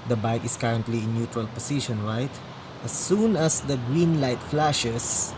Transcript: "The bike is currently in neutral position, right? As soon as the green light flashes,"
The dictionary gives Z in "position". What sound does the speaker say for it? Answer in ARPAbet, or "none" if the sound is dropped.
S